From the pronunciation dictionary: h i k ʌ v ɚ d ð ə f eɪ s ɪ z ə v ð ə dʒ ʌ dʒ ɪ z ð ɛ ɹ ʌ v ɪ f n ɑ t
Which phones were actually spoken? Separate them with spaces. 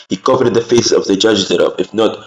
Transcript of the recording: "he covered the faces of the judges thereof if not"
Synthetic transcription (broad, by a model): h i k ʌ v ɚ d ð ə f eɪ ɪ s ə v ð ə dʒ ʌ dʒ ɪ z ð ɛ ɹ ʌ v ɪ f n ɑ t